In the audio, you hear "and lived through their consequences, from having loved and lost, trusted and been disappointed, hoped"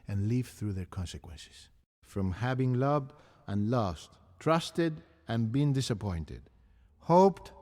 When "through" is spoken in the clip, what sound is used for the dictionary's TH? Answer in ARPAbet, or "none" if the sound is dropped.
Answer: TH